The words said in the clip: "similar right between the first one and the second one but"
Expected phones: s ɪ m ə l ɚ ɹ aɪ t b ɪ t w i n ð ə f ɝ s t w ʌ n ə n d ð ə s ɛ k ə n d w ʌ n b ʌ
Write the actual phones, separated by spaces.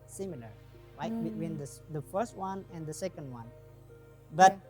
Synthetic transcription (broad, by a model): s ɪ m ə l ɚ l aɪ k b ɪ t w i n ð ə f ɝ s t w ʌ n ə n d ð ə s ɛ k ə n d w ʌ n b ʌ